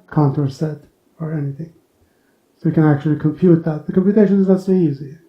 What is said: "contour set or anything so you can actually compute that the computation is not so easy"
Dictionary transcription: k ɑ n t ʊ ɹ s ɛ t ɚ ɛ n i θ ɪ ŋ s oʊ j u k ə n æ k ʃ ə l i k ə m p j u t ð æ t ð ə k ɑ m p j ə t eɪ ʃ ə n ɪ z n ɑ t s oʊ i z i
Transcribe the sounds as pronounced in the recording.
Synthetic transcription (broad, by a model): k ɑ n t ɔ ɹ s ɛ t ɚ ɛ n i θ ɪ ŋ s oʊ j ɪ k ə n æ k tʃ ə l i k ə m p j u t ð æ t ð ə k ɑ m p j ə t eɪ ʃ ə n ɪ z n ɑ t s oʊ i z i